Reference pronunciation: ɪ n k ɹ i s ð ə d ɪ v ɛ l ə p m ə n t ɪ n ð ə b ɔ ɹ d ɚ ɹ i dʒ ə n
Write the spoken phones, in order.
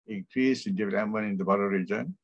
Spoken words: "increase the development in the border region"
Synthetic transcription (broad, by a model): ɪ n k ɹ i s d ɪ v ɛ ə m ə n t ɪ n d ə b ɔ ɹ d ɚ ɹ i dʒ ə n